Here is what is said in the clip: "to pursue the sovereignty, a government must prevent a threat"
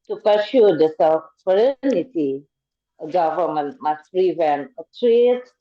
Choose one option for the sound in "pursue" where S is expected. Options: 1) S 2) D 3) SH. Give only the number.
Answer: 3